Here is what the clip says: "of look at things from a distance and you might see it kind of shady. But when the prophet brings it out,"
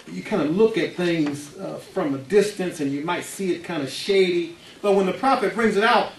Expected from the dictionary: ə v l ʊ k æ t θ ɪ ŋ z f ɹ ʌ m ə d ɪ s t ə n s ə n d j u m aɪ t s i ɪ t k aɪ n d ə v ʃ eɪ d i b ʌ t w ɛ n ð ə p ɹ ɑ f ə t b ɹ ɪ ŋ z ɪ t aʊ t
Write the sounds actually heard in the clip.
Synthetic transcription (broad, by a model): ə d l ʊ k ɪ t θ ɪ ŋ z f ɹ ʌ m ə d ɪ s t ə n s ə n j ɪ m aɪ t s i ɪ t k aɪ n d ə ʃ eɪ d i b ʌ t w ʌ n ð ə p ɹ ɑ f ə t b ɹ ɪ ŋ z ɪ t aʊ t